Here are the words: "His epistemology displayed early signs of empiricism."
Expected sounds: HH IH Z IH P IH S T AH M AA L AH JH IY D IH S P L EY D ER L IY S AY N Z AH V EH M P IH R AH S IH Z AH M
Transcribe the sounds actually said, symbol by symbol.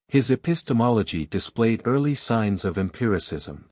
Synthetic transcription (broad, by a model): HH IH Z IH P IH S T AH M AA L AH JH IY D IH S P L EY D ER L IY S AY N Z AH V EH M P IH R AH S IH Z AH M